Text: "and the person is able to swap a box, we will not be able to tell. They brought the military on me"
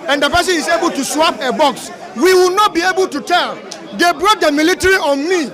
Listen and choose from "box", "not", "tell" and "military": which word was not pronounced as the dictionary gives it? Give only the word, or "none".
none